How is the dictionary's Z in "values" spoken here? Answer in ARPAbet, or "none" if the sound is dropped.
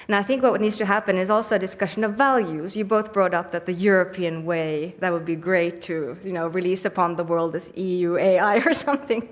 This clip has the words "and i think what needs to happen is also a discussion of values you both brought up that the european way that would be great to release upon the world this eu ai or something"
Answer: Z